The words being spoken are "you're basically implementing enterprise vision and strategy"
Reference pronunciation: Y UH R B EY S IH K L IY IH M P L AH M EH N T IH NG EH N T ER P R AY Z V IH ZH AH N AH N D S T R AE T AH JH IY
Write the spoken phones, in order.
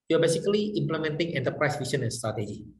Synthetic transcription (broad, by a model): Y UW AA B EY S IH K L IY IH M P L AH M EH N T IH NG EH N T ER P R AY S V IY S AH N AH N S T R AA T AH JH IY